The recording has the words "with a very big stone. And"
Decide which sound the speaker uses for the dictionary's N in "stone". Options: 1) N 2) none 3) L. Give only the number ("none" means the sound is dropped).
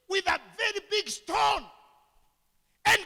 1